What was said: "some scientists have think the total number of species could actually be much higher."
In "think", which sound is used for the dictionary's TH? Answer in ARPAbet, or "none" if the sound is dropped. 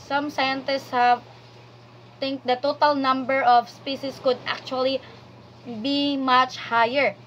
T